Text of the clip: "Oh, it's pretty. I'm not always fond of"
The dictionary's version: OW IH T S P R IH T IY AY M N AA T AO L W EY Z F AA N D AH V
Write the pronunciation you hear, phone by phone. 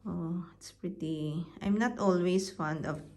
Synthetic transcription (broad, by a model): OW IH T S P R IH T IY AY M N AA T AO L W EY S F AA N D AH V